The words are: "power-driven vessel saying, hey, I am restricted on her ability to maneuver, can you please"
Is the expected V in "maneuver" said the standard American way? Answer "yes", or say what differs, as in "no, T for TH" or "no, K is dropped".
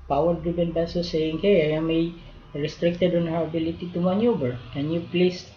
no, B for V